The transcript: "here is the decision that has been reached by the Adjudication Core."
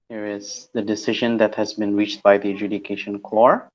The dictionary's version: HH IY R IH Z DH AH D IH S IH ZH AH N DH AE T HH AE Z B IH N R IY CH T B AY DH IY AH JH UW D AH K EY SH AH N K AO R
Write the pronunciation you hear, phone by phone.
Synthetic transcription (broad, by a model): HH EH R IH Z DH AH D IH S IH ZH AH N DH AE T HH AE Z B IH N R IY CH T B AY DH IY AH JH UW D AH K EY SH AH N K AO R